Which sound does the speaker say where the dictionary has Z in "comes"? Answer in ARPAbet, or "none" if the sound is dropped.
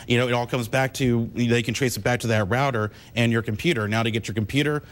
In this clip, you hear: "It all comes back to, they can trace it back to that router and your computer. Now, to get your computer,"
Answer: Z